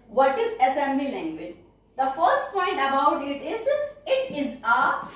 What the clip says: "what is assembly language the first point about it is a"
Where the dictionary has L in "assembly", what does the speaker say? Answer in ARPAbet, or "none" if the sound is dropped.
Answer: L